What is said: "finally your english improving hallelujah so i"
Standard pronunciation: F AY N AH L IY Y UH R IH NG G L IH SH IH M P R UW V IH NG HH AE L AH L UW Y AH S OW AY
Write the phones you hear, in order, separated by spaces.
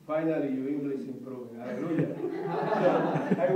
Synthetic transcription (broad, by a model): F AY N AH L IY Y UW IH NG G L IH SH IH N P R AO IH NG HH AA L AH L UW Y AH S OW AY